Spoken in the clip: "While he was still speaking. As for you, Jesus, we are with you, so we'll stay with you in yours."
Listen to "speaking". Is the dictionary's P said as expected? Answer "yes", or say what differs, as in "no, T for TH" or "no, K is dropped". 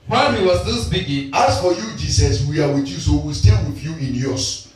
no, B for P